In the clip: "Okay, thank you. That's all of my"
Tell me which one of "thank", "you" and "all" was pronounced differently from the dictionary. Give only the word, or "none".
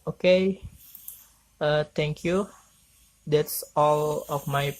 thank